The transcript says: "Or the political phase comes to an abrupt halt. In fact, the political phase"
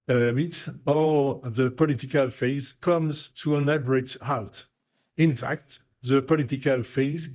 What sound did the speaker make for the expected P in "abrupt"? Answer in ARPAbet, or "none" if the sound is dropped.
none